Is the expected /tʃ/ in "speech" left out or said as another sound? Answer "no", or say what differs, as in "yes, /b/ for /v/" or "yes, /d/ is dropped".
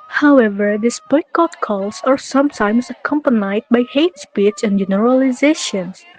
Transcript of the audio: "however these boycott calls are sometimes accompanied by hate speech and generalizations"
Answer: yes, /s/ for /tʃ/